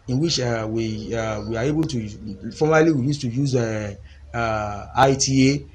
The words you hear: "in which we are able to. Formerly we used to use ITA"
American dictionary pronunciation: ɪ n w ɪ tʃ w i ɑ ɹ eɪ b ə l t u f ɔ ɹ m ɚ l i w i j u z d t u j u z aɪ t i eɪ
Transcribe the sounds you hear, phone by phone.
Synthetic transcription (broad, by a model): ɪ n w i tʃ w i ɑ w eɪ b ə l t u f ɔ m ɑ l i w i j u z t u j u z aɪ t i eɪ